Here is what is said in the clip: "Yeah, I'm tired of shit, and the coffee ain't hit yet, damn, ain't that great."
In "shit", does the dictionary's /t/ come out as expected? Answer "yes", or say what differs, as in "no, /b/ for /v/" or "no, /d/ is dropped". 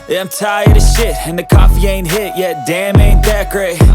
yes